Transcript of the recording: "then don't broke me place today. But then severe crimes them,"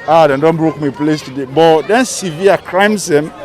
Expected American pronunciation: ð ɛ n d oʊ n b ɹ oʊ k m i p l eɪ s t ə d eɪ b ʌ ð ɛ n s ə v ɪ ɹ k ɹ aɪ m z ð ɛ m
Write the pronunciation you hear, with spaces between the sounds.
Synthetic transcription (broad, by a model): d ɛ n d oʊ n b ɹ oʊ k m i p l eɪ s t ə d eɪ b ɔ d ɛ n s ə v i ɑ k ɹ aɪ m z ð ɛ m